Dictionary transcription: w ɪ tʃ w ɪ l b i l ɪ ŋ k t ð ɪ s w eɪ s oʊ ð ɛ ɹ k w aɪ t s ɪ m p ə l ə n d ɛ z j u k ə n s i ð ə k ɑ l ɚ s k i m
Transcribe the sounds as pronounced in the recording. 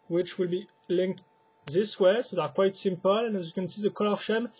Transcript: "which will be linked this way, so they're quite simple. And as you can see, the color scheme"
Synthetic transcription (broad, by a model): w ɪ tʃ w ɪ l b i l ɪ ŋ k t ð ɪ s w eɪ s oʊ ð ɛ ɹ k w aɪ t s ɪ m p ə l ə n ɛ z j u k ə n s i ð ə k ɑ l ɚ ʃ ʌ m